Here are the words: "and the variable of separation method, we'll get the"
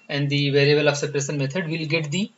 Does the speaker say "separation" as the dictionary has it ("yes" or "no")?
no